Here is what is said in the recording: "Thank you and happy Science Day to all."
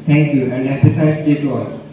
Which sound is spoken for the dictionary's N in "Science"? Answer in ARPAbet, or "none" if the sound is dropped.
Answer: none